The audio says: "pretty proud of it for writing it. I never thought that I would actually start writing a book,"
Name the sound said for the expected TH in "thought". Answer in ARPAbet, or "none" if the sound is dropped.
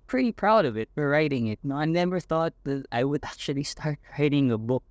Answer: TH